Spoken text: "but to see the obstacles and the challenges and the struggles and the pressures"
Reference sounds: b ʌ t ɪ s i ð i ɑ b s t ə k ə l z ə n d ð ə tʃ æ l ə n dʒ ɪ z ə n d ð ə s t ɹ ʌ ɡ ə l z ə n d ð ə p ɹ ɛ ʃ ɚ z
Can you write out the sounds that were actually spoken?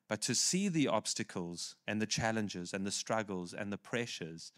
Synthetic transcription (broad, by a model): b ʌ t ɪ s i ð i ɑ b s t ə k ə l z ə n ð ə tʃ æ l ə n dʒ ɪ z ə n ð ə s t ɹ ʌ ɡ ə l z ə n ð ə p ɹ ɛ ʃ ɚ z